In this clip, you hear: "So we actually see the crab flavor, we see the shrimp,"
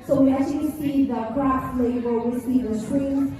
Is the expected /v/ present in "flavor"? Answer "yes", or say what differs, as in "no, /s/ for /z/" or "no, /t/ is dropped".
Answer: no, /b/ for /v/